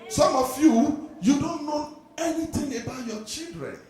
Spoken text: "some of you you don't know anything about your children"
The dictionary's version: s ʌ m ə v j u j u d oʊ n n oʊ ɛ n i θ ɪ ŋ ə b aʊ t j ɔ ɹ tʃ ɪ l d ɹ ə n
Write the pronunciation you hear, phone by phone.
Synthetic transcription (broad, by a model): s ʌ m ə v j u j u d oʊ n n oʊ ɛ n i t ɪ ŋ ə b aʊ t j ɔ tʃ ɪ l d ɹ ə n